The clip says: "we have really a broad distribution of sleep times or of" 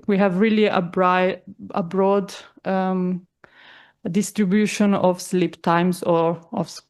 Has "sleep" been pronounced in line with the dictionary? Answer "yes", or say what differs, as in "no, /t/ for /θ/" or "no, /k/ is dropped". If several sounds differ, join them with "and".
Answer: yes